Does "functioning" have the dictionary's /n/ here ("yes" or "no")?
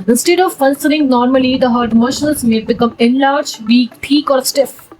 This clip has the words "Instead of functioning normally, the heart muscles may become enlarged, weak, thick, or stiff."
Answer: no